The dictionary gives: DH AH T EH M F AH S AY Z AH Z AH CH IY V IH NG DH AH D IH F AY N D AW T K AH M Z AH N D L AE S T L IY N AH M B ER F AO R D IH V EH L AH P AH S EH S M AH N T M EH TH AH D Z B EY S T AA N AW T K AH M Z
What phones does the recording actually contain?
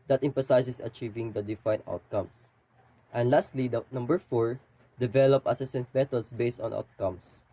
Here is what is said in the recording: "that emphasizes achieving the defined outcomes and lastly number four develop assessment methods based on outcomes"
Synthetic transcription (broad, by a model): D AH T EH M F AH S AY S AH S AH CH IY V IH NG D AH D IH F AY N AW T K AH M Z AH N D L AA S T L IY N AH M B ER F AO R D IH V EH L AH P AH S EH S AH N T M EH T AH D S B EY S T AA N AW T K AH M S